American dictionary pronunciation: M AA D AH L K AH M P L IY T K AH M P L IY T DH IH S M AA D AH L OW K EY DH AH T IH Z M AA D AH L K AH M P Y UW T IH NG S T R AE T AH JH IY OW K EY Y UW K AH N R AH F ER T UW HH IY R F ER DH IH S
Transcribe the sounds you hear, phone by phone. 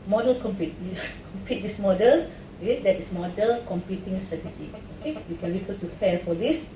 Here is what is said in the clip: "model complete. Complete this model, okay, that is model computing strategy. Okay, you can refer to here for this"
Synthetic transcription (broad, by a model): M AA D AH L K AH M P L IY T K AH M P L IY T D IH S M AA D AH L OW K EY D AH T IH S M AA D AH L K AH M P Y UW T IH NG S T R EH T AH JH IY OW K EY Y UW K AH N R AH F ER T UW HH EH L F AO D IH S